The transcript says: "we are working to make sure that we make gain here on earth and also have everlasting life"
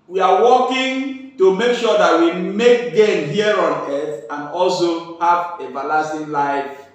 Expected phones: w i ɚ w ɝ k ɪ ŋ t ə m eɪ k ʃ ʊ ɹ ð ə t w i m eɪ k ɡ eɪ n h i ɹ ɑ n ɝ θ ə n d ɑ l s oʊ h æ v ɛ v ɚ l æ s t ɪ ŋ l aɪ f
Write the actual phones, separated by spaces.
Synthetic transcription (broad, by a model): w i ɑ w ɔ k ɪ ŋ t ə m eɪ k ʃ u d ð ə t w i m eɪ k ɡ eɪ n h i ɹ ɑ n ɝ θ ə n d ɑ l s oʊ h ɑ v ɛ b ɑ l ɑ s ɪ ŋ l aɪ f